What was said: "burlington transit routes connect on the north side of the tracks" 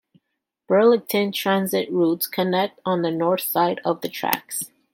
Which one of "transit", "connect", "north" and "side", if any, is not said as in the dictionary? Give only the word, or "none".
none